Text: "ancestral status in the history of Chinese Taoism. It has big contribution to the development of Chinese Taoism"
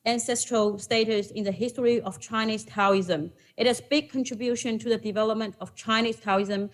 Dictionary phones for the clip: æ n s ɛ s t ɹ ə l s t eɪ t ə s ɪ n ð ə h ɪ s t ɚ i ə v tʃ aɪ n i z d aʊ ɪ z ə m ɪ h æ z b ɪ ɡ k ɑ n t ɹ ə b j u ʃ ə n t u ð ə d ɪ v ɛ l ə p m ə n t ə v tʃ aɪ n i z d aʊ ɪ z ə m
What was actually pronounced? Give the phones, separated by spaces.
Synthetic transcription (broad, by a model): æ n s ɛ s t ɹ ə l s t eɪ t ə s ɪ n ð ə h ɪ s t ɚ i ə v tʃ aɪ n i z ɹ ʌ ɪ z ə m ɪ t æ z b ɪ ɡ k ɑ n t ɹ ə b j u ʃ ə n t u ð ə d ɪ v ɛ l ə p m ə n t ə v tʃ aɪ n i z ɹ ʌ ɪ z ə m